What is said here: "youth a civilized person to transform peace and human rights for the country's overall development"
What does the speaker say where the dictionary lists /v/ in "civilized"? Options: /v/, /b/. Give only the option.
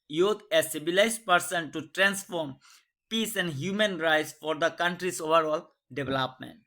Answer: /b/